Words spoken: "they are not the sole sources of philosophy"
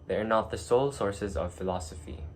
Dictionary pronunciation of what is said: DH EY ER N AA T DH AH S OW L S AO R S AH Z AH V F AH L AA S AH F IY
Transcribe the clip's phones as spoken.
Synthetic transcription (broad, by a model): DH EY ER N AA T DH AH S OW L S AO R S AH Z AH V F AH L AA S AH F IY